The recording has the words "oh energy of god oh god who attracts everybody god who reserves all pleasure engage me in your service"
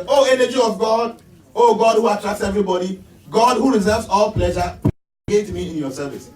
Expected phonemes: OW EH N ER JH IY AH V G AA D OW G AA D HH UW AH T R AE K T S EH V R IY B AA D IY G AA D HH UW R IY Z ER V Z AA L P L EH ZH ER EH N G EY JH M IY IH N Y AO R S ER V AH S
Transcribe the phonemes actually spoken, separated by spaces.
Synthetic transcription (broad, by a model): OW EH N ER JH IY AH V G AA D OW G AA D HH UW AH T R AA K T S EH V R IY B AA D IY G AA D HH UW R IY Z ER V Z AA L P L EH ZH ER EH G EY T M IY IH N Y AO S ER V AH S